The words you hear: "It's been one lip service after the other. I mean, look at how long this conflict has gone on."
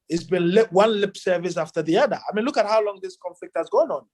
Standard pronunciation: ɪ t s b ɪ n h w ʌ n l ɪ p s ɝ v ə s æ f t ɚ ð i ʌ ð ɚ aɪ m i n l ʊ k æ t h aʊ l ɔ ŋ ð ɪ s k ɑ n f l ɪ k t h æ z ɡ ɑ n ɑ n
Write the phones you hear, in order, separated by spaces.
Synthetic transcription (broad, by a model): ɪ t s b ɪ n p w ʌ n l ɪ p s ɝ v ə s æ f t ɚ ð i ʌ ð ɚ aɪ m i n l ʊ k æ t h aʊ l ɔ ŋ ð ɪ s k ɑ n f l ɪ k t h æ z ɡ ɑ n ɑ n